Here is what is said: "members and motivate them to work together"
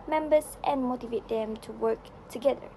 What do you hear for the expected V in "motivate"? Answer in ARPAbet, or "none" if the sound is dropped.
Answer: V